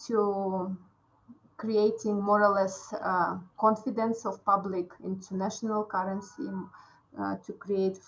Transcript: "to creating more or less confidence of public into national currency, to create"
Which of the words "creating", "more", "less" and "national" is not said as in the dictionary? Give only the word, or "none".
none